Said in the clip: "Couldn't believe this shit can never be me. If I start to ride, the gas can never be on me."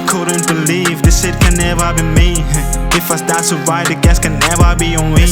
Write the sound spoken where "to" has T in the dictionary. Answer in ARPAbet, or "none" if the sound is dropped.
S